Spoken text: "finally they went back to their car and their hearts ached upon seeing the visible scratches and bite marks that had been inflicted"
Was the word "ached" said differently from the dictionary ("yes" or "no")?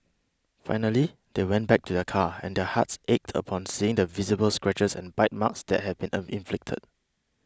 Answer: no